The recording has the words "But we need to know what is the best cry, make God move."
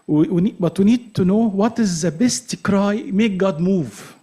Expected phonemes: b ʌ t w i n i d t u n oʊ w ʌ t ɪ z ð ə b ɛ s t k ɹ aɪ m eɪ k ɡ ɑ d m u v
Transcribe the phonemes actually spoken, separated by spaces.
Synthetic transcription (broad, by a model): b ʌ t w i n i d t u n oʊ w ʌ t ɪ z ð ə b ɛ s t k ɹ aɪ m eɪ k ɡ ɑ d m u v